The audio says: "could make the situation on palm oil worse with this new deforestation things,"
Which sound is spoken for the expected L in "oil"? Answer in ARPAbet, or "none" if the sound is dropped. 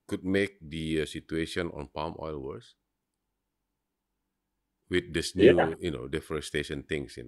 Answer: L